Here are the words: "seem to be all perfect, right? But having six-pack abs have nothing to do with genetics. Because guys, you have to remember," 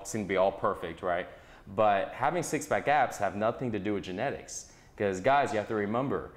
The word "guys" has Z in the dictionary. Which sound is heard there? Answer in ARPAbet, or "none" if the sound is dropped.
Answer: Z